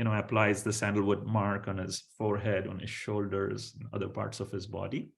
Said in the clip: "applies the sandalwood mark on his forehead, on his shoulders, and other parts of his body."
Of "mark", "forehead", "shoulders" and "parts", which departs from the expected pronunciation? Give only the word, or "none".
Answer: none